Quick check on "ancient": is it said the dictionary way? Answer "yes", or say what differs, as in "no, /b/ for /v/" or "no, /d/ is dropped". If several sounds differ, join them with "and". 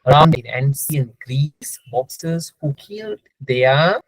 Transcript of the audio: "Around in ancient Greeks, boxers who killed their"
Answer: no, /s/ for /ʃ/